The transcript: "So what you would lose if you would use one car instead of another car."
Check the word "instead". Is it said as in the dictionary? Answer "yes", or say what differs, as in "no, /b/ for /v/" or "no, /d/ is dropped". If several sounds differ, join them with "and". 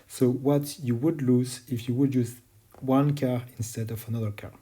yes